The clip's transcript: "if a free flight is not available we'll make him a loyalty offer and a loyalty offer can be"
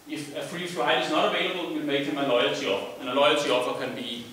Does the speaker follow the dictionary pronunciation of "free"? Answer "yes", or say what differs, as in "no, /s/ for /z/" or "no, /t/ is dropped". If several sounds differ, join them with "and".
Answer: yes